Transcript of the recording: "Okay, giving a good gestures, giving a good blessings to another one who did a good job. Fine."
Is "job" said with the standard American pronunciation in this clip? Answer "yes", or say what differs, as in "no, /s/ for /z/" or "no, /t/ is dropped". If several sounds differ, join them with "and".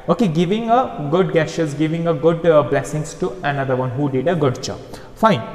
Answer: no, /tʃ/ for /dʒ/